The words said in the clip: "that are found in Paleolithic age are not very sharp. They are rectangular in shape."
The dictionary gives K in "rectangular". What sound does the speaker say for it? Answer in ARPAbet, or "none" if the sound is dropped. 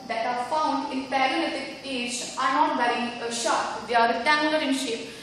none